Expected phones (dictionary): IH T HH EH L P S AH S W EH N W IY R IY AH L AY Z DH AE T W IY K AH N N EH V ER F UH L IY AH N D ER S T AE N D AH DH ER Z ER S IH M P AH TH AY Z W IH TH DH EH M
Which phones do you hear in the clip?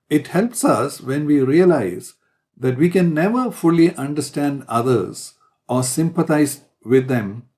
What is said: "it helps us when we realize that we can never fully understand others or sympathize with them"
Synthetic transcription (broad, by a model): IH T HH EH L P S AH S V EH N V IY R IY AH L AY Z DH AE T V IY K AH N N EH V ER F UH L IY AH N D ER S T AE N D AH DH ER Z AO S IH M P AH T AY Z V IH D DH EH M